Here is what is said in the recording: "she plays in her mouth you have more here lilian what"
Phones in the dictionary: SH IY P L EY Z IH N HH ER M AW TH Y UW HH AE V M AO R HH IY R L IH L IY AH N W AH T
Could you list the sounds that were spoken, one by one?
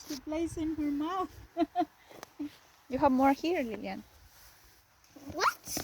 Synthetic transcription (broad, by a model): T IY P L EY S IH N HH ER M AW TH Y UW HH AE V M AO R HH IY R L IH L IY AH N W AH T